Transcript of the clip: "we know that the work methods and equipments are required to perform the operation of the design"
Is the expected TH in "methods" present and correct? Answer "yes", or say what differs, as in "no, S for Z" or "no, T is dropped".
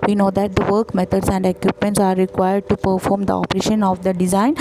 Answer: no, T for TH